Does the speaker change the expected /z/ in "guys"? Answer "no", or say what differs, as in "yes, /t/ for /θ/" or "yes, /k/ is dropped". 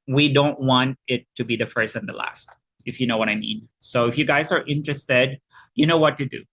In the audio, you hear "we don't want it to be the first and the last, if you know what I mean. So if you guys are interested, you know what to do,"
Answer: no